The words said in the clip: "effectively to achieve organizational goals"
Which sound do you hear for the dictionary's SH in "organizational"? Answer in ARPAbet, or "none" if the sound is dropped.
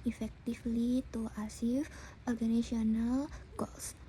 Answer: none